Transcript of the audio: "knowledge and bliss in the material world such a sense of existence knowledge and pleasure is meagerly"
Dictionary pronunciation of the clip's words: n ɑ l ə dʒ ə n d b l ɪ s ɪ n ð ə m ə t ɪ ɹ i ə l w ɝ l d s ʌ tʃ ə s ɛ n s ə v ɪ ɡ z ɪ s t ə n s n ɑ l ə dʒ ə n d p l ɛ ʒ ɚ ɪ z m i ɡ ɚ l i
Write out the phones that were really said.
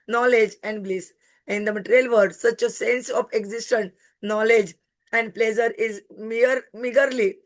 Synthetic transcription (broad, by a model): n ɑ l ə dʒ ə n d b l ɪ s ɪ n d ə m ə t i ɹ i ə l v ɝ d s ʌ tʃ ə s ɛ n s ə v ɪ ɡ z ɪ s t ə n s n ɑ l ə dʒ ə n d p l ɛ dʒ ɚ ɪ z m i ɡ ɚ l i